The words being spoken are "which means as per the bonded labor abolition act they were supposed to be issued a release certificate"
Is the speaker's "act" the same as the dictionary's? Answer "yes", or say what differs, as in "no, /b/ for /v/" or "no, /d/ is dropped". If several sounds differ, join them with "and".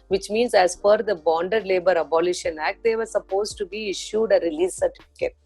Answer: yes